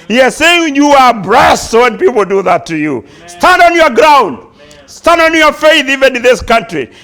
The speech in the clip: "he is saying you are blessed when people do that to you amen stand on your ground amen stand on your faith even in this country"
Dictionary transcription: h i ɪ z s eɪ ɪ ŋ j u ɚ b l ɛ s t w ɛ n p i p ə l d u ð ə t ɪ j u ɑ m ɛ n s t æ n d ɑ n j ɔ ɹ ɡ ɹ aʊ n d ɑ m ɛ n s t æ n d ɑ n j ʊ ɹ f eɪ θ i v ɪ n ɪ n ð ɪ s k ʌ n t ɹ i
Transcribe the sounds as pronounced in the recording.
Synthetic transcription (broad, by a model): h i ɪ z s eɪ ɪ ŋ j u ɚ b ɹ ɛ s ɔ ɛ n p i p l d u ð ə t ɪ j u s t æ n d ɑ n j ɔ ɹ ɡ ɹ aʊ n d s t æ n d ɑ n j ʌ ɹ f eɪ θ i v ɪ n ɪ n ð ɪ s k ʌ n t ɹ i